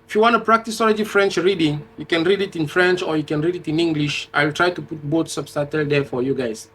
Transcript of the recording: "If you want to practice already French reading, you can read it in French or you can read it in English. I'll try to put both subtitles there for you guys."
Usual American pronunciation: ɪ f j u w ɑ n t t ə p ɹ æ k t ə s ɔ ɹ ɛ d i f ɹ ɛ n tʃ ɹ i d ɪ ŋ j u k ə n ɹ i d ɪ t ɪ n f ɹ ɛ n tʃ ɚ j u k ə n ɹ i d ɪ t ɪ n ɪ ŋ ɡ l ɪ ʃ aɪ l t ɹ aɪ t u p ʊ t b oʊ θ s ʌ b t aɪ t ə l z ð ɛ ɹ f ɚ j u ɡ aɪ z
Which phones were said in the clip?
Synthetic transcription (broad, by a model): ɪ f j u w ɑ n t t ə p ɹ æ k t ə s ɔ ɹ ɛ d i f ɹ ɛ n tʃ ɹ i d ɪ ŋ j u k ə n ɹ i d ɪ t ɪ n f ɹ ɛ n tʃ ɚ j u k ə n ɹ i d ɪ t ɪ n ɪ ŋ ɡ l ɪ ʃ aɪ l t ɹ aɪ t u p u t b oʊ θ s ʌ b t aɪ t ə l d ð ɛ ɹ f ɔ j u ɡ aɪ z